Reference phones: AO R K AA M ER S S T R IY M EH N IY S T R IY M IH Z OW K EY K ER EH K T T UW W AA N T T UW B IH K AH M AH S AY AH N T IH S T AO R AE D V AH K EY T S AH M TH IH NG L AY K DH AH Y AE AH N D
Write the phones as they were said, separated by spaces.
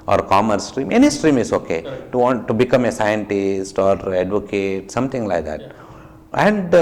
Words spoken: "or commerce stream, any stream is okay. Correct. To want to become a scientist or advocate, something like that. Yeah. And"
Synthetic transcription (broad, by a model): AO R K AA M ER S S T R IY M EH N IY S T R IY M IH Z OW K EY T T UW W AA N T T UW B IH K AH M AH S AY AH N T IH S T AO R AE D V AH K EY T S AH M T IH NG L AY K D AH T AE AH N D